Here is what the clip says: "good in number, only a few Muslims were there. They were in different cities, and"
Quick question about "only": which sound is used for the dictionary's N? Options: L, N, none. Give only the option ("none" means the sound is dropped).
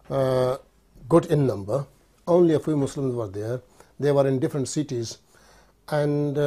N